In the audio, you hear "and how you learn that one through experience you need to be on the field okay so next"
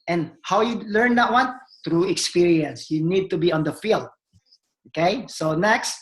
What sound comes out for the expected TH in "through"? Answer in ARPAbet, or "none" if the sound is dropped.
T